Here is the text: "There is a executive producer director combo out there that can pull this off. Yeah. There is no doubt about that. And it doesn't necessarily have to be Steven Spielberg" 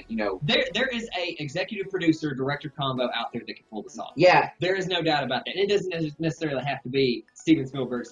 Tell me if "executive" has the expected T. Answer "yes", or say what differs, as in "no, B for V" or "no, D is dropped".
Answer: yes